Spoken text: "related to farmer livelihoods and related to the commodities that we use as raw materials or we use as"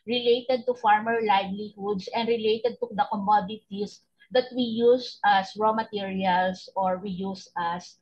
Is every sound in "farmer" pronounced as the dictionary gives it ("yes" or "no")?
yes